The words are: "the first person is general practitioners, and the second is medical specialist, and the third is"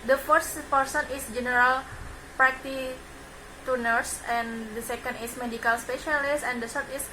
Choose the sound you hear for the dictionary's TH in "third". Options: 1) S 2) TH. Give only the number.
1